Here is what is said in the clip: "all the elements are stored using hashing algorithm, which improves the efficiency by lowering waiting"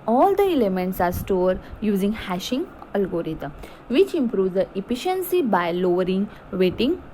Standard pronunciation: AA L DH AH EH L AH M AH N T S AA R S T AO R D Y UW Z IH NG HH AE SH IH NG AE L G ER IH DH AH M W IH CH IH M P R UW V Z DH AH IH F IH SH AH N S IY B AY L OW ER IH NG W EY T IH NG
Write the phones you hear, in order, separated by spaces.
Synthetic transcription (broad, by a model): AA L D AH EH L AH M AH N T S AA R S T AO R D Y UW Z IH NG HH AE SH IH NG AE L G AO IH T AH M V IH CH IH M P R UW V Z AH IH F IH SH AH N S IY B AY L OW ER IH NG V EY T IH NG